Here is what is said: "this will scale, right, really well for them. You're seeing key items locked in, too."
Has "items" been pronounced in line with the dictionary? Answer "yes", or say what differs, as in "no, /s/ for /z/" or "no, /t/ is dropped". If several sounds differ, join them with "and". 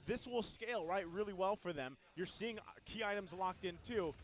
yes